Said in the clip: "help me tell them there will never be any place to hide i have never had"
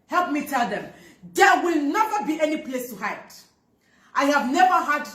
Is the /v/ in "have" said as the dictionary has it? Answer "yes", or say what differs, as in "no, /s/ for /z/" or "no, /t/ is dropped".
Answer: yes